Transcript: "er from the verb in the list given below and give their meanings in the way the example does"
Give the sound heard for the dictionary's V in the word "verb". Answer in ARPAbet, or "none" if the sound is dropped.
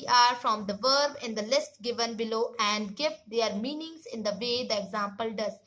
V